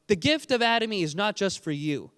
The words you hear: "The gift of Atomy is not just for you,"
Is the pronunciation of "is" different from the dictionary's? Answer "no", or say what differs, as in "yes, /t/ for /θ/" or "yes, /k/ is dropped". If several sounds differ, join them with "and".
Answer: no